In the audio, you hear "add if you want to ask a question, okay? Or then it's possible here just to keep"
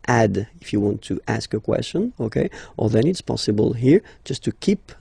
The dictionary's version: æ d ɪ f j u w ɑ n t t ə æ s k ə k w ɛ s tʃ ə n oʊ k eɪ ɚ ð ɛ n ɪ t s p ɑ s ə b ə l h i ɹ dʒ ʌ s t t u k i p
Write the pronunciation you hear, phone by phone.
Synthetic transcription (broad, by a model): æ d ɪ f j u w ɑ n t t æ s k ə k w ɛ s tʃ ə n oʊ k eɪ ɚ ð ɛ n ɪ t s p ɑ s ə b ə l h i ɹ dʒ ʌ s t t u k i p